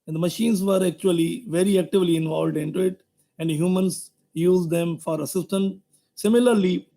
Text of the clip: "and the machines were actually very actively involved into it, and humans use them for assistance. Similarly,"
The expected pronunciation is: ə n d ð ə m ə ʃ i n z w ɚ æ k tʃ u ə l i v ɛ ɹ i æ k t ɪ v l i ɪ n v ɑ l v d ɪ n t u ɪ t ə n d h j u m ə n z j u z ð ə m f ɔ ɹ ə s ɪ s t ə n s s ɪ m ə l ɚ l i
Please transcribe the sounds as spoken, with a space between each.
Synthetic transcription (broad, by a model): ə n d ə m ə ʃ i n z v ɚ æ k tʃ u ə l i v ɛ ɹ i æ k t ɪ v l i ɪ n v ɑ l v d ɪ n t u ɪ t ə n d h j u m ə n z j u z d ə m f ɔ ɹ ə s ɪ s t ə n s s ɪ m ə l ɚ l i